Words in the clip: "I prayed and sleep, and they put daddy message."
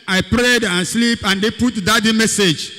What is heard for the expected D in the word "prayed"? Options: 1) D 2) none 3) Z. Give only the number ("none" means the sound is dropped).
1